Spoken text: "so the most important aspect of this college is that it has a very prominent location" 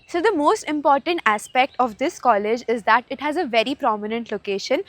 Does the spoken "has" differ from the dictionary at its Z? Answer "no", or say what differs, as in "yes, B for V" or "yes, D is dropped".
no